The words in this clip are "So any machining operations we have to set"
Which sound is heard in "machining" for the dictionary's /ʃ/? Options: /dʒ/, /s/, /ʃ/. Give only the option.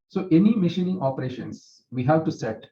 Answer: /ʃ/